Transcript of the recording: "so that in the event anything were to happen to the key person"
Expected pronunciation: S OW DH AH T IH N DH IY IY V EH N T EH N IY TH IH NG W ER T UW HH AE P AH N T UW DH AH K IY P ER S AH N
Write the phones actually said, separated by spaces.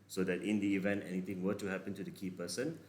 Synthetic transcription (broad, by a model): S OW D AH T IH N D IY IY V EH N T EH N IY T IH NG W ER T UW HH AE P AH N T UW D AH K IY P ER S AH N